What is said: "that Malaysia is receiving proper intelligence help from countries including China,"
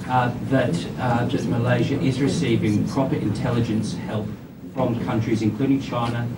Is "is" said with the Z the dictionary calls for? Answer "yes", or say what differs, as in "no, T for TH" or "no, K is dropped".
yes